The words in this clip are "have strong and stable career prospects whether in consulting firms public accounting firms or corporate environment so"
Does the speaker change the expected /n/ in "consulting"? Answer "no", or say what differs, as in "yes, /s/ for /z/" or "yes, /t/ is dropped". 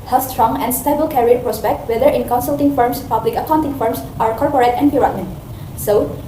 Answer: no